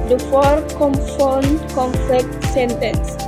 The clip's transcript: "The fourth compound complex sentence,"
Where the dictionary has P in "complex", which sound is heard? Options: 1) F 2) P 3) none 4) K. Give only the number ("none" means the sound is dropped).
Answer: 1